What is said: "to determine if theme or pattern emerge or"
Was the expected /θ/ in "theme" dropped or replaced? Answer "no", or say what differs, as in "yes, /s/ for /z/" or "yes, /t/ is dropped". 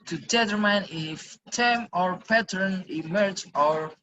yes, /t/ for /θ/